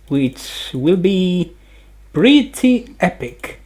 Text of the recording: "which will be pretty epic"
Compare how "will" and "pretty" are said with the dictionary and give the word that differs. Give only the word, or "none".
pretty